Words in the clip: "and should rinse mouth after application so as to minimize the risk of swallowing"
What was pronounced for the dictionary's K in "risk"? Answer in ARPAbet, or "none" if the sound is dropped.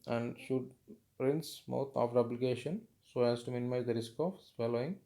K